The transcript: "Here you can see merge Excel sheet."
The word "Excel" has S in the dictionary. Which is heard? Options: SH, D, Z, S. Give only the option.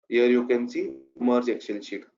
SH